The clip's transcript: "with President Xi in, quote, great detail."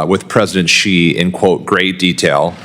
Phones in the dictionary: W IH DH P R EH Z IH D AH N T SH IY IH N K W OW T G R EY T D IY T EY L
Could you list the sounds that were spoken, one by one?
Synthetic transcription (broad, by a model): W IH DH P R EH Z IH D AH N T SH IY IH N K W OW T G R EY T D IY T EY L